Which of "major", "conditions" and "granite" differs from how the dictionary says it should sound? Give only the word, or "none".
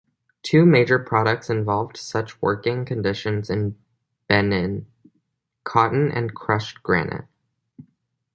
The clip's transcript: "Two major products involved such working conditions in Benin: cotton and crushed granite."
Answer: none